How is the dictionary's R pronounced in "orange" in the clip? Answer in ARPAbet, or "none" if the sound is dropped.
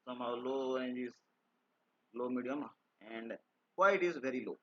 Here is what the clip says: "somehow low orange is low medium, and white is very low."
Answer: none